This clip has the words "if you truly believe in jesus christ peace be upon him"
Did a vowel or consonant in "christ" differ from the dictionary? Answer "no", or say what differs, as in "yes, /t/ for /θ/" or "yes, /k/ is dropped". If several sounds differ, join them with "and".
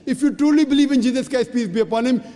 yes, /ɹ/ is dropped